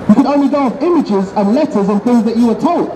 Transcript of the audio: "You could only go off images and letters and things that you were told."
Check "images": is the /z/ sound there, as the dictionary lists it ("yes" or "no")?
yes